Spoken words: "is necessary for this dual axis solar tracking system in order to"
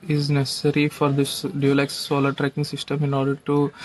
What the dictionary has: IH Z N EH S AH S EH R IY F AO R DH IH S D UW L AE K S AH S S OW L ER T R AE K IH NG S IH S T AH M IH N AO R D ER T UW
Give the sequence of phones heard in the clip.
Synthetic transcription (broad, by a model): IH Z N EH S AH S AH R IY F AO R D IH S D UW L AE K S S S OW L ER T R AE K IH NG S IH S T AH M IH N AO R D ER T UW